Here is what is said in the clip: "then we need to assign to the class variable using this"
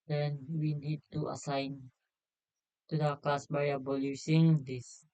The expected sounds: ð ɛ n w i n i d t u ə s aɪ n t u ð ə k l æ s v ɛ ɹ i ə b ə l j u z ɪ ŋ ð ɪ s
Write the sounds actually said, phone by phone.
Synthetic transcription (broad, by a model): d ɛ n w i n i d t u ə s aɪ n t u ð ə k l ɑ s b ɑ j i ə b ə l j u s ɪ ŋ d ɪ s